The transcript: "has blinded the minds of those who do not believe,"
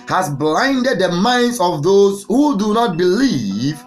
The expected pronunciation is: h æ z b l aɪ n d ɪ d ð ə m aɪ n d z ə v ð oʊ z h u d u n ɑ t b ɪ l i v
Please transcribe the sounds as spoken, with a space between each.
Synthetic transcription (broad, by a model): h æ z b l aɪ n d ɪ d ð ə m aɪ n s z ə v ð oʊ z h u d u n ɑ t b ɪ l i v